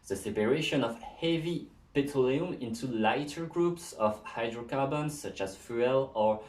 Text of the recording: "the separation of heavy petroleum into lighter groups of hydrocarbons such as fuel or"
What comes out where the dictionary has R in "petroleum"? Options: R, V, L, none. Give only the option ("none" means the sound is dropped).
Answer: none